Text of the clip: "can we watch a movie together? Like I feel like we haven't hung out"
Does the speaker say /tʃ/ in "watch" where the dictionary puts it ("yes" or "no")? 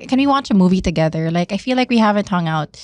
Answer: yes